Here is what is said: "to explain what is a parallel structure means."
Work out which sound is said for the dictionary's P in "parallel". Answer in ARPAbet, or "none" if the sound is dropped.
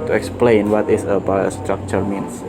B